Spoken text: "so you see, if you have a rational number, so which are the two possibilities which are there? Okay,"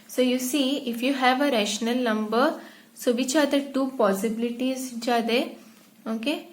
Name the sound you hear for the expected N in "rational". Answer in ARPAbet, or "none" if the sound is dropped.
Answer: N